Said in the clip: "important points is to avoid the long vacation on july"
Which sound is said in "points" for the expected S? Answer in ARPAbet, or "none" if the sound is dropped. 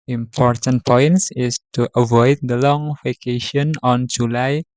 S